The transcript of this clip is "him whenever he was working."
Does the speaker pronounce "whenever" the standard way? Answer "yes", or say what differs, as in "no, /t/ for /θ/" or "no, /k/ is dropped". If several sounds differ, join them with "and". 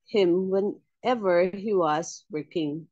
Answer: yes